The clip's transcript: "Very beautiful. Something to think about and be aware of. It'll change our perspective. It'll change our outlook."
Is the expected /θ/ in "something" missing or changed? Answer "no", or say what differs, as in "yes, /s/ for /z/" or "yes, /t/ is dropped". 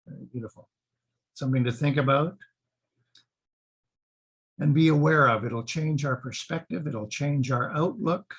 no